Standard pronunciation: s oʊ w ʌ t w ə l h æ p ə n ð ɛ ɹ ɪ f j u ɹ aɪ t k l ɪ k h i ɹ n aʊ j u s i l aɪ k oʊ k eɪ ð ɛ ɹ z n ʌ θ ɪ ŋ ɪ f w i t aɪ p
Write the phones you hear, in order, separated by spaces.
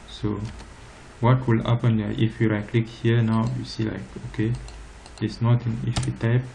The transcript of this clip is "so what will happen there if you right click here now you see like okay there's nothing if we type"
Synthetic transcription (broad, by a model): s oʊ w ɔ t w ə l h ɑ p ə n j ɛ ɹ ɪ f j u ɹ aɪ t k l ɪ k h i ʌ n aʊ j u s i l aɪ k oʊ k eɪ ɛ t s n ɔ t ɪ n ɪ f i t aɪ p